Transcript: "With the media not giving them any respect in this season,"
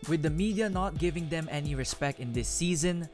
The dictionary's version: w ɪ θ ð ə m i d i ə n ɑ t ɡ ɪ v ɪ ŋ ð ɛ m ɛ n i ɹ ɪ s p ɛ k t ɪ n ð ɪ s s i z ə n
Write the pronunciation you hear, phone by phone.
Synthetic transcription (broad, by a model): w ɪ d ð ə m i d i ə n ɑ t ɡ ɪ v ɪ ŋ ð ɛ m ɛ n i ɹ ɪ s p ɛ k t ɪ n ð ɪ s s i z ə n